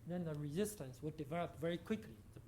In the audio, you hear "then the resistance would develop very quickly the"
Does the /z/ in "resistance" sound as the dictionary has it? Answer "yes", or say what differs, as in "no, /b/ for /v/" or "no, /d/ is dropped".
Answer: yes